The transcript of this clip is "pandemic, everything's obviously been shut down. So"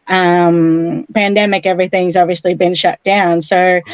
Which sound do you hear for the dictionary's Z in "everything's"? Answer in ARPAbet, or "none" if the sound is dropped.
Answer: Z